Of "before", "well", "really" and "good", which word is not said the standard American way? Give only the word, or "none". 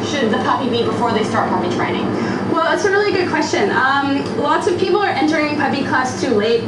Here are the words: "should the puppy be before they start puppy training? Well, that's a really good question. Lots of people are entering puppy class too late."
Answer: none